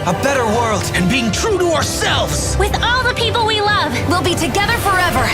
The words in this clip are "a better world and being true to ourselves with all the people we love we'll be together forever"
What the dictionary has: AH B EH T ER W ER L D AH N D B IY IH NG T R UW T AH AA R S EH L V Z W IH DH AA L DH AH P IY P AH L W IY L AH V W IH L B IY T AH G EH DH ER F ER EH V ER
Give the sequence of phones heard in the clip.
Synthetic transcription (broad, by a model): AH B EH T ER W ER L D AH N B IY IH NG T R UW T AH AA R S EH L V Z W IH DH AA L DH AH P IY P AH L W IY L AH V W IH L B IY T AH G EH DH ER F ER EH V ER